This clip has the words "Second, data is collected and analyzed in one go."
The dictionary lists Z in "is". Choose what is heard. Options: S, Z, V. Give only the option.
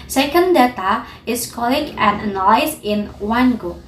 S